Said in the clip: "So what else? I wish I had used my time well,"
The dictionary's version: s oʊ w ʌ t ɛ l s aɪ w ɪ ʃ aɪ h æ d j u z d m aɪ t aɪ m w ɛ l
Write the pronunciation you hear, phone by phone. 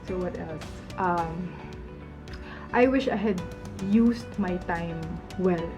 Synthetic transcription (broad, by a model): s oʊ w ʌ t ɛ l s aɪ w ɪ ʃ aɪ h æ d j u s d m aɪ t aɪ m w ɛ l